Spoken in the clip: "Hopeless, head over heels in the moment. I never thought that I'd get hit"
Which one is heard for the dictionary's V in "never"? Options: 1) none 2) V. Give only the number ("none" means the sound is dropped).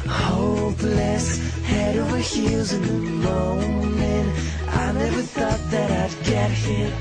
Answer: 2